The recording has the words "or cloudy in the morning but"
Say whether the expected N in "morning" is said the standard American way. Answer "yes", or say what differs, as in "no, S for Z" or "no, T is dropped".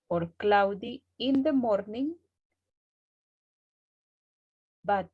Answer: yes